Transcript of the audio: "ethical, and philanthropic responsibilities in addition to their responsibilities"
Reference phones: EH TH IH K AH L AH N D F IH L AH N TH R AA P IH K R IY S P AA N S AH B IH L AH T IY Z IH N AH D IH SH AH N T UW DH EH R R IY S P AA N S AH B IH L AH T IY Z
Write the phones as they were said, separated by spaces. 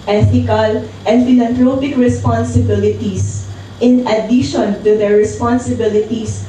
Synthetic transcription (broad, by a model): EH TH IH K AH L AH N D F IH L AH N T R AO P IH K R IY S P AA N S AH B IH L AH T IY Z IH N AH D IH SH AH N T UW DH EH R R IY S P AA N S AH B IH L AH T IY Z